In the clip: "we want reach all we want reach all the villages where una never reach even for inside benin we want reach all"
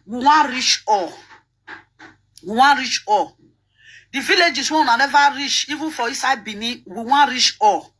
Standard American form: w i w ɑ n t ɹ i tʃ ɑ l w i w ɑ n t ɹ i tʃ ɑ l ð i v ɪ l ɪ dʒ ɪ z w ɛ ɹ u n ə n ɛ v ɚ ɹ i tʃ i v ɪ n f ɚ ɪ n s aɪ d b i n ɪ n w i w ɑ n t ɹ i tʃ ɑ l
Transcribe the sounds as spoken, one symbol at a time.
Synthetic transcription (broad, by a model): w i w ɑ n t ɹ i tʃ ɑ w i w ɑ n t ɹ i tʃ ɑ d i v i l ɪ dʒ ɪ s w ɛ w u n ə n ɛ v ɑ ɹ i tʃ i v ɪ n f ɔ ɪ s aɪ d b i n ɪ w i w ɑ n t ɹ i tʃ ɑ